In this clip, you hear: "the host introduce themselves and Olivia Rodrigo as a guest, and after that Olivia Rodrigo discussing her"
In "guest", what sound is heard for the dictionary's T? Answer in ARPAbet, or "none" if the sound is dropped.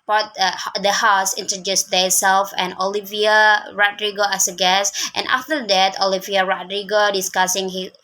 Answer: T